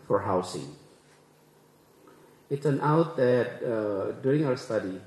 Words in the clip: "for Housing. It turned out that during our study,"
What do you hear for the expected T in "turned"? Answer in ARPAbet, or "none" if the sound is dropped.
S